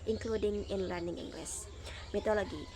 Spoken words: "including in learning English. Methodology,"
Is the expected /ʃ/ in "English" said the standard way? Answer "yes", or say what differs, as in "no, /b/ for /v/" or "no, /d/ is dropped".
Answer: no, /s/ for /ʃ/